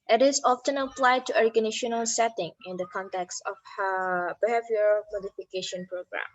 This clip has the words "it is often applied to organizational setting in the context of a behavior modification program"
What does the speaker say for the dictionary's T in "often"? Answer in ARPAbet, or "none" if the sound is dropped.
T